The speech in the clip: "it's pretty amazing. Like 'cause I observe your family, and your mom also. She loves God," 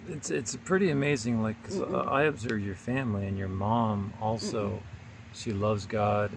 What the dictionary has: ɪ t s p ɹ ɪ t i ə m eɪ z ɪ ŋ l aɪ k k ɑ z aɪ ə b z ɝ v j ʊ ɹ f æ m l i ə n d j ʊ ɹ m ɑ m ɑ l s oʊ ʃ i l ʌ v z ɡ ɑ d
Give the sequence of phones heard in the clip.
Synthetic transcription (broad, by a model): ɪ t s p ɹ ɪ t i ə m eɪ z ɪ ŋ l aɪ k k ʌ z aɪ ə b z ɝ v j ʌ ɹ f æ m l i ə n j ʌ ɹ m ɑ m ɑ l s oʊ ʃ i l ʌ v z ɡ ɑ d